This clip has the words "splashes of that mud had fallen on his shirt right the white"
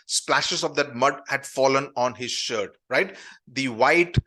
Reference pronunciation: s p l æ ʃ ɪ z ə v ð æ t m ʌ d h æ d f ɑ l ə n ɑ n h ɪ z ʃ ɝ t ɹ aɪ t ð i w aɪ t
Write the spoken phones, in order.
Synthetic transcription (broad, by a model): s p l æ ʃ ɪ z ə v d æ t m ʌ d h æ d f ɑ l ə n ɑ n h ɪ z ʃ ɝ t ɹ aɪ t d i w aɪ t